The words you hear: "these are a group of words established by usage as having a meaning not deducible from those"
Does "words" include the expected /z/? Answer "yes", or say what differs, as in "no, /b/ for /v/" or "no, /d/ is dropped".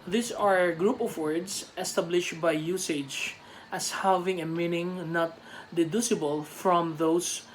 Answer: no, /s/ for /z/